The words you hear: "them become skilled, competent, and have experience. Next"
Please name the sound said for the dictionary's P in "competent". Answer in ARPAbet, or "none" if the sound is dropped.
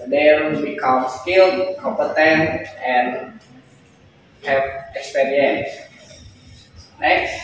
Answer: P